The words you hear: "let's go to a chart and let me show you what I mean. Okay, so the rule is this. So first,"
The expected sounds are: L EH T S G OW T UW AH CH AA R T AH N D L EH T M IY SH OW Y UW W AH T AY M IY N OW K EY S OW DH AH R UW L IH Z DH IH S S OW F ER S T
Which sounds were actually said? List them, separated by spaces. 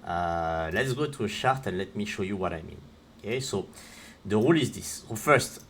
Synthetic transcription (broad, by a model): L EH T S G OW T UW AH SH AA R T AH N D L EH T M IY SH OW Y UW W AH T AY M IY N OW K EY S OW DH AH R UW L IH Z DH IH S S OW F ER S T